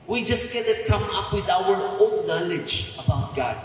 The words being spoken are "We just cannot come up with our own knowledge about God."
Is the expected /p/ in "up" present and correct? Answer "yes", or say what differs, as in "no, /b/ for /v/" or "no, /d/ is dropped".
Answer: yes